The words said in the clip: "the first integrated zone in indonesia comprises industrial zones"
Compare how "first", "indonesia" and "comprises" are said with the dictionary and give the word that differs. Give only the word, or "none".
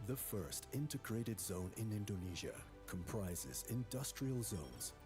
none